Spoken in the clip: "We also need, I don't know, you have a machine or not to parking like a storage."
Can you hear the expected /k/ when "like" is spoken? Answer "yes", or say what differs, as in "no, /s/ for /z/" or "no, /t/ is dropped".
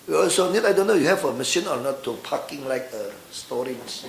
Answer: yes